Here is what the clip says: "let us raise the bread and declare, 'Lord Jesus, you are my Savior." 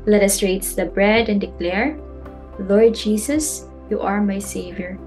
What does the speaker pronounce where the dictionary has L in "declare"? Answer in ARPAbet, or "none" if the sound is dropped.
L